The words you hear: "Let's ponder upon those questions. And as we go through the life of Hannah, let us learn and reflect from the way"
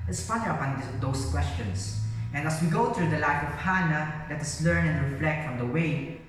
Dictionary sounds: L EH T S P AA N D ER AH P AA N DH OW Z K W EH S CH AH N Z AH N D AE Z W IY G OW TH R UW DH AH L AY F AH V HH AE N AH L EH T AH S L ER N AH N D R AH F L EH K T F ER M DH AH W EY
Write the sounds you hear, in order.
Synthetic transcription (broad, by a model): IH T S F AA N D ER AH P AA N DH OW S K W EH S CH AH N S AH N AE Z W IY G OW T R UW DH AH L AY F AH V HH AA N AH L EH T AH S L ER N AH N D R AH F L EH K T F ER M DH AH W EY